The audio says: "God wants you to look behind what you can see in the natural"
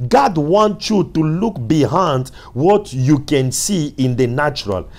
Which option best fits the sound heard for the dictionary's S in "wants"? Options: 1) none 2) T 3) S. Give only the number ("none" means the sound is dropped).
1